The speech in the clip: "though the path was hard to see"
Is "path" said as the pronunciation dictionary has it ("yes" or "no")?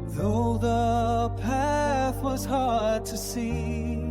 yes